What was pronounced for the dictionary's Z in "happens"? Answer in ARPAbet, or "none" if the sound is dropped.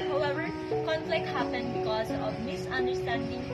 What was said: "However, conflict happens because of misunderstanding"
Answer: none